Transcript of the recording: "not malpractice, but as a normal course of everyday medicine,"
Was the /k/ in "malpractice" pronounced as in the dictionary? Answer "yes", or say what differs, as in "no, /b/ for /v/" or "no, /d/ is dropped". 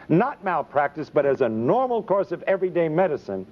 yes